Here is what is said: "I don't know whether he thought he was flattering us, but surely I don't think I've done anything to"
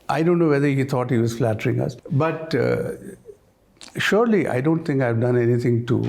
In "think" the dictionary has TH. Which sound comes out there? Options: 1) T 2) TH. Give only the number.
1